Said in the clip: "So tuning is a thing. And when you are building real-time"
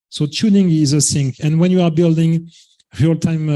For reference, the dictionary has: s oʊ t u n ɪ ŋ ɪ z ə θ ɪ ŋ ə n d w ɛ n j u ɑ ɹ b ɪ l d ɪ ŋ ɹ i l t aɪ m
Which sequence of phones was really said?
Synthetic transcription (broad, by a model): s oʊ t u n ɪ ŋ ɪ z ə s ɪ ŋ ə n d w ɛ n j u ɑ ɹ b ɪ l d ɪ ŋ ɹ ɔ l t aɪ m